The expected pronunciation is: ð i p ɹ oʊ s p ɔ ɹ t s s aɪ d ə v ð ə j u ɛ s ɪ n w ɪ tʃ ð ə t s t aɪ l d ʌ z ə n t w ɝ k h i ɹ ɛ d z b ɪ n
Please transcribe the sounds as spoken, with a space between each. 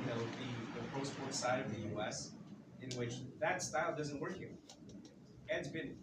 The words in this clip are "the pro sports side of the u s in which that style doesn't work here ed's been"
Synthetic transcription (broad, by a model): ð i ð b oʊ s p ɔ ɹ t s s aɪ d ə v ð ə j u ɛ s ɪ n w ɪ tʃ ð ə t s t aɪ l d ʌ z ə n t w ɝ k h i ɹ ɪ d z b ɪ n